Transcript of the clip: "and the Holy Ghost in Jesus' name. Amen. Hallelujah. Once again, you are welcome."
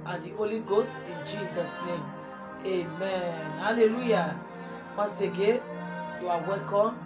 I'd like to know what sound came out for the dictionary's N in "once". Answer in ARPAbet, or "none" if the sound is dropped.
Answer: none